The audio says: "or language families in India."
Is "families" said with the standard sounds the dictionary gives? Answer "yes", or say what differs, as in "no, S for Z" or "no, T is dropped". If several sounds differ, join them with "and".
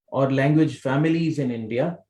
yes